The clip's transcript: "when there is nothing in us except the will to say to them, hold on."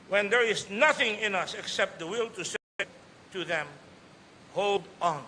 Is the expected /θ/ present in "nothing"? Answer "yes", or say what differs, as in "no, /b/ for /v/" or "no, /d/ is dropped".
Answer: yes